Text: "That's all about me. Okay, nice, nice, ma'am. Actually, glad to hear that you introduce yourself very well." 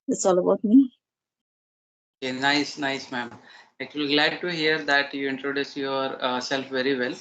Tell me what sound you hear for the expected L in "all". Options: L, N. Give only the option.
L